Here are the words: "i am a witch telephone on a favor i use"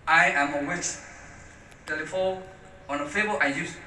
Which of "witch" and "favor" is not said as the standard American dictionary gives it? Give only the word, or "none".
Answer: favor